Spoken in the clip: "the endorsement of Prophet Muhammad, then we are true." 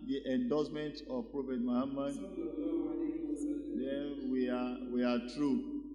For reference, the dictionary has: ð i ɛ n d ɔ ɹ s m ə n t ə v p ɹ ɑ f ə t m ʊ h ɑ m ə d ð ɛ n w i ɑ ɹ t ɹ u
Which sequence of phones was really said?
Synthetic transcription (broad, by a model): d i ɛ n d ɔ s m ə n t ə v p ɹ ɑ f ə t m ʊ h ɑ m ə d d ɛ n w i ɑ w t ɹ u